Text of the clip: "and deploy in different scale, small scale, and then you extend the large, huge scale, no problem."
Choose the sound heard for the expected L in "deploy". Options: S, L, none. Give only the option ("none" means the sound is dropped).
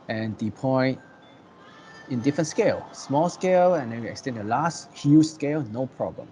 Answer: none